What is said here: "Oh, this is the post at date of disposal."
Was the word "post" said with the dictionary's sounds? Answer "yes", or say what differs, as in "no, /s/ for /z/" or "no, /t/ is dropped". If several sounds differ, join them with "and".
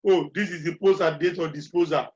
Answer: no, /t/ is dropped